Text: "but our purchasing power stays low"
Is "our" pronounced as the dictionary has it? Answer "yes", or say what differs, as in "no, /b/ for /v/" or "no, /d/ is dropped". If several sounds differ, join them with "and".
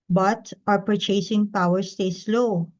yes